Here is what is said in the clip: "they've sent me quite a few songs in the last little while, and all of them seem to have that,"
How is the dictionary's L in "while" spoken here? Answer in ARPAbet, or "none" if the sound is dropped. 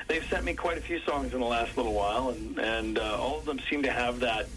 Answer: L